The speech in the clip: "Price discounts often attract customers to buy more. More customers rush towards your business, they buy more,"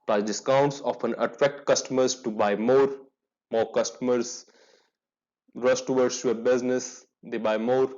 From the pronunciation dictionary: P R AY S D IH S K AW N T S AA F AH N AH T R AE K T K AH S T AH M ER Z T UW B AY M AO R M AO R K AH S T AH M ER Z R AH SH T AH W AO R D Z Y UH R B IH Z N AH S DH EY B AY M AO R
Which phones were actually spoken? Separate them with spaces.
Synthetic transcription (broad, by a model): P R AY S D IH S K AW N T S AA F AH N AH T R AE K T K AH S T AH M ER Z T UW B AY M AO R M AO R K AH S T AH M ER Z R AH S T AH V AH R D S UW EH B IH Z N AH S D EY B AY M AO R